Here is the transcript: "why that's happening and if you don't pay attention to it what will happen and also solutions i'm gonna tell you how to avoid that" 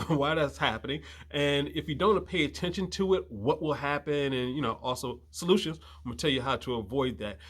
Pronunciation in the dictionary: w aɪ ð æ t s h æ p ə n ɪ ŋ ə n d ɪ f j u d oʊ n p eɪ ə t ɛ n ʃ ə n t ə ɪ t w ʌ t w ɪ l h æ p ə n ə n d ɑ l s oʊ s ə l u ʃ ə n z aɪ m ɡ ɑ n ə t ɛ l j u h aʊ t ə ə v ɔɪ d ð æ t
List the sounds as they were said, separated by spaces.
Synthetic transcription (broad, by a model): w aɪ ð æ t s h æ p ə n ɪ ŋ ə n ɪ f j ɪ d oʊ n p eɪ ə t ɛ n ʃ ə n t ə ɪ t w ʌ t w ɪ l h æ p ə n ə n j ɑ l s oʊ s ə l u ʃ ə n z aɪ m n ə t ɛ l j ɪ h aʊ t ə ə v ɔɪ d ð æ t